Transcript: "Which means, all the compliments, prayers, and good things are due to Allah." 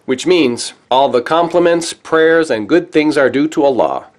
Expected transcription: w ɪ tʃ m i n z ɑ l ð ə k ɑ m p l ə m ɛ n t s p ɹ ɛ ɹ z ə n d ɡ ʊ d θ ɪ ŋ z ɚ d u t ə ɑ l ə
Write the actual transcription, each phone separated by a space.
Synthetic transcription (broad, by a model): w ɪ tʃ m i n z ɑ l ð ə k ɑ m p l ə m ɛ n t s p ɹ ɛ ɹ z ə n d ɡ ʊ d θ ɪ ŋ z ɚ d u t ə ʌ l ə